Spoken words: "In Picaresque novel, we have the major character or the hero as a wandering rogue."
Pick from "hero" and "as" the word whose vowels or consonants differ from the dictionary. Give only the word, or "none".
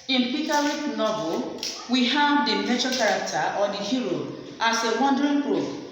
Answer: as